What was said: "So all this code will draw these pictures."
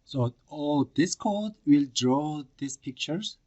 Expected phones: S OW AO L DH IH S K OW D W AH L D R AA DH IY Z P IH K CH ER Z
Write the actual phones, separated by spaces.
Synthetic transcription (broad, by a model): S OW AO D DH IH S K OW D W AH L D R AA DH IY S P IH K CH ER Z